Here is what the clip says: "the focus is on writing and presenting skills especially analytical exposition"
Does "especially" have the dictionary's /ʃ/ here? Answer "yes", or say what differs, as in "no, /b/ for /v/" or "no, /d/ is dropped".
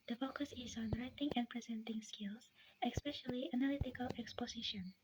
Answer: yes